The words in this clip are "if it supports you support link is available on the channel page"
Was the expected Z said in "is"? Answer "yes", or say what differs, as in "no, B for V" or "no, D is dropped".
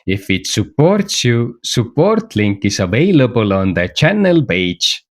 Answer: no, S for Z